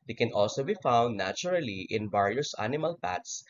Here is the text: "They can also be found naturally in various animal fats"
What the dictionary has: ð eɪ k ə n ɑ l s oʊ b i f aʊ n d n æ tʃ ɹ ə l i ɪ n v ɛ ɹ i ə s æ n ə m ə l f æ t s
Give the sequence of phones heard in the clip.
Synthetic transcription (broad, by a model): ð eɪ k ə n ɑ l s oʊ b i f aʊ n d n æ tʃ ɹ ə l i ɪ n b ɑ ɹ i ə s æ n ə m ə l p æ t s